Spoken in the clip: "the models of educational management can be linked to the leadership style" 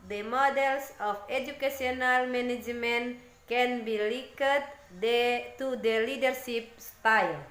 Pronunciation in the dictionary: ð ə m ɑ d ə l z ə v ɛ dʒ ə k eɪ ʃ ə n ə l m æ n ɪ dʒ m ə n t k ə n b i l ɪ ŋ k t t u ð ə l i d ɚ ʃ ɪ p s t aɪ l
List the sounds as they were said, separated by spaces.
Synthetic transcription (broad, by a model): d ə m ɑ d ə l s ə f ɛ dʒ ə k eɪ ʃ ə n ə l m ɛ n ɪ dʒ m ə n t k ə n b i l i k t t u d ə l i d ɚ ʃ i p s t aɪ l